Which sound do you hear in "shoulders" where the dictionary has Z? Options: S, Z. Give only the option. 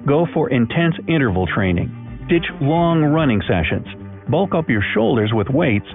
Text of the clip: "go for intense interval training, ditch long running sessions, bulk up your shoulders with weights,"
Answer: Z